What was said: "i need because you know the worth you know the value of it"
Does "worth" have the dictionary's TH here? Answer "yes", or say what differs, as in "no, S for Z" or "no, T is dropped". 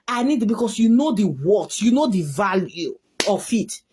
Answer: no, T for TH